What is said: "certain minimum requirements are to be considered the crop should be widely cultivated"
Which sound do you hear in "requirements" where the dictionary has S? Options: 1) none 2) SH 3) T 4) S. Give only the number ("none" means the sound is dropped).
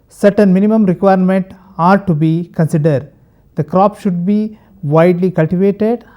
1